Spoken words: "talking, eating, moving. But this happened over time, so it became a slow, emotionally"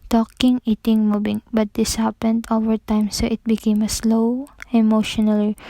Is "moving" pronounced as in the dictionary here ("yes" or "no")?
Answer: no